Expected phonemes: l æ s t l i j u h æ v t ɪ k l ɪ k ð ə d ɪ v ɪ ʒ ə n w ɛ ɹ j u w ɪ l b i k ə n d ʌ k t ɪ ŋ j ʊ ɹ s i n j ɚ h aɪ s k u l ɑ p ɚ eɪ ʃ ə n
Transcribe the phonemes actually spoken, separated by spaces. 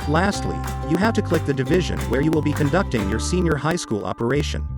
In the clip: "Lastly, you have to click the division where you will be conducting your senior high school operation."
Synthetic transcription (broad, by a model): l æ s t l i j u h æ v t ɪ k l ɪ k ð ə d ɪ v ɪ ʒ ə n w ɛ ɹ j u w ɪ l b i k ə n d ʌ k t ɪ ŋ j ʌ ɹ s i n j ɚ h aɪ s k u l ɑ p ɚ eɪ ʃ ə n